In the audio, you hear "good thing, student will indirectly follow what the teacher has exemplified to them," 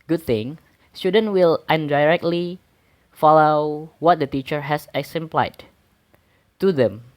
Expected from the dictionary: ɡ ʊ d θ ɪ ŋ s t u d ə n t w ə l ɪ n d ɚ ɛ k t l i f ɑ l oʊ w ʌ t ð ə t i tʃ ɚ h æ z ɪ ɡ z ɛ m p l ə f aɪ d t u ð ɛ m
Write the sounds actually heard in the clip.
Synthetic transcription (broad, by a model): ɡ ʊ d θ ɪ ŋ s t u d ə n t w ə l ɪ n d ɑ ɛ k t l i f ɑ l oʊ w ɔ t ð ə t i tʃ ɚ h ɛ s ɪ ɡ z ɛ m p l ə ɪ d t u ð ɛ m